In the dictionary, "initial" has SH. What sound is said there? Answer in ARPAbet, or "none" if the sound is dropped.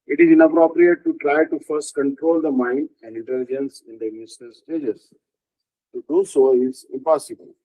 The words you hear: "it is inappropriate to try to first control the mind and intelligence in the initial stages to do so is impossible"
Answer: S